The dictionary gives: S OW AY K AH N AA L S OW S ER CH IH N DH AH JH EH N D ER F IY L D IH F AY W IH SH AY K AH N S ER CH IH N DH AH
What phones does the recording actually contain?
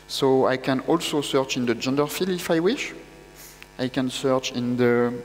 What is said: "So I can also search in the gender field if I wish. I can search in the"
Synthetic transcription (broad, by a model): S OW AY K AH N AA L S OW S ER CH IH N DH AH JH EH N D ER F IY L IH F AY W IH SH AY K AH N S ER CH IH N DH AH